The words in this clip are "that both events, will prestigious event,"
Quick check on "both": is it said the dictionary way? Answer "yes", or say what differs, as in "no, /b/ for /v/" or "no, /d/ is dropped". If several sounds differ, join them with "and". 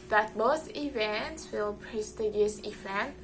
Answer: no, /s/ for /θ/